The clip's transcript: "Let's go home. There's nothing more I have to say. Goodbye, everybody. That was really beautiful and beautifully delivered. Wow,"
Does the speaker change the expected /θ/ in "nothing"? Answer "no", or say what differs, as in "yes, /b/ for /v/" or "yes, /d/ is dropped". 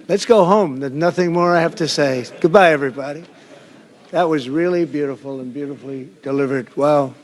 no